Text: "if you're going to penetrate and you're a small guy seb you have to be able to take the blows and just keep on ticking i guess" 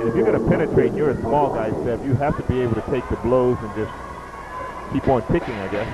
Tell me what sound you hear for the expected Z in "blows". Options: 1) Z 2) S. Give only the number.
1